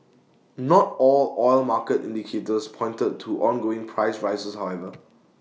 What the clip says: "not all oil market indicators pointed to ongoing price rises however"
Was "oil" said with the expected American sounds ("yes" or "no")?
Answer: yes